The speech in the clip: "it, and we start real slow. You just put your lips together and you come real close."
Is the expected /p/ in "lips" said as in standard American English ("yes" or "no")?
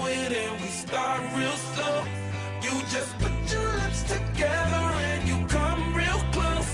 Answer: no